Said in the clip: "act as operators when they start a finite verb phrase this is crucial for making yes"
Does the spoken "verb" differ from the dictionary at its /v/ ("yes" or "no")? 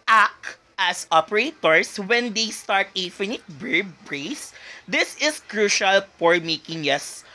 yes